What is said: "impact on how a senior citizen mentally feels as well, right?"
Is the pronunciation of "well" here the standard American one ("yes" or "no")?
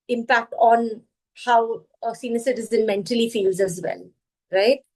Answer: no